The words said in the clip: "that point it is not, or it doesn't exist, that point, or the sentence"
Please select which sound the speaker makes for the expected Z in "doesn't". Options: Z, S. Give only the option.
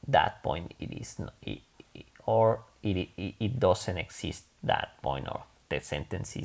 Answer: S